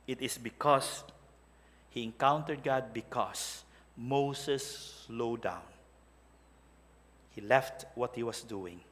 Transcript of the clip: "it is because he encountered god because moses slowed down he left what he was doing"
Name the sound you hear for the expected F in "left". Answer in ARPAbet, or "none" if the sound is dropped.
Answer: F